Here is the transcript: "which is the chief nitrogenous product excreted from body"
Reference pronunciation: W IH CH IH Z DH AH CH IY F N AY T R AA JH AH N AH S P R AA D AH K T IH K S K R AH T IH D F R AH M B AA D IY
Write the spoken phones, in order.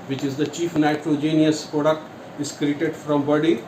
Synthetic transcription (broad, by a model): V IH CH IH Z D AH CH IY F N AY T R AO JH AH N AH S P R AA D AH K T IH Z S K R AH T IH D F R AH M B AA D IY